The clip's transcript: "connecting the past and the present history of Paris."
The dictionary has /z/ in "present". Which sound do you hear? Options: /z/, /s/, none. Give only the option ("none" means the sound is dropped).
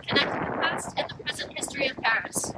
/z/